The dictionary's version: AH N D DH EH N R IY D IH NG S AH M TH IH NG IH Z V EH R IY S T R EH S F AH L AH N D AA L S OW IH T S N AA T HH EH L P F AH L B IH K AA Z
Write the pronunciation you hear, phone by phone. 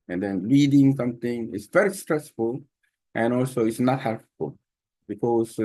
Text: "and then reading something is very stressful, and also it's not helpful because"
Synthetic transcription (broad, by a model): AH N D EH N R IY D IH NG S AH M T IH NG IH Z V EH R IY S T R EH S F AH L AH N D AA L S OW IH T S N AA T HH EH L P F AH L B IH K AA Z